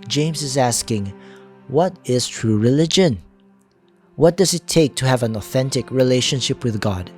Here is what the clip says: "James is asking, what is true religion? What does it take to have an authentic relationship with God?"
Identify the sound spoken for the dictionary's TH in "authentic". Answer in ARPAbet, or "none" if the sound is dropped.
TH